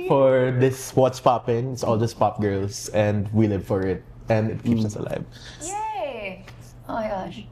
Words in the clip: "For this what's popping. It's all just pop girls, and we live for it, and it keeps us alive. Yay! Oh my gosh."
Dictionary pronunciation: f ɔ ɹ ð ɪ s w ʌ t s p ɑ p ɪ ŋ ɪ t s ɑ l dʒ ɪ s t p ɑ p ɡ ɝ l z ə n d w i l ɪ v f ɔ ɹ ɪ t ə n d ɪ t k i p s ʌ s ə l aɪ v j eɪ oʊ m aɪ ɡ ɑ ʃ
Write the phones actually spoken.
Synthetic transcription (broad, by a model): f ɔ ɹ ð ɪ s w ʌ t s p ɑ p ɪ ŋ ɪ t s ɑ l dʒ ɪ s p ɑ p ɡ ɝ l s ə n d w i l ɪ v f ɔ ɹ ɪ t ə n d ɪ t k i p s ʌ s ə l aɪ v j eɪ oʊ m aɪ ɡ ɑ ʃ